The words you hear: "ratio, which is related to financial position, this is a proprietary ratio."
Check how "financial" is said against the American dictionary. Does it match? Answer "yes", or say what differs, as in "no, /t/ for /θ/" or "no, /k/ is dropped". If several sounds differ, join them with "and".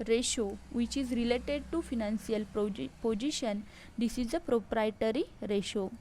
no, /s/ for /ʃ/